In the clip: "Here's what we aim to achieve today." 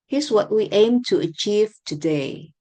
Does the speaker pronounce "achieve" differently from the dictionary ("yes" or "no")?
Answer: no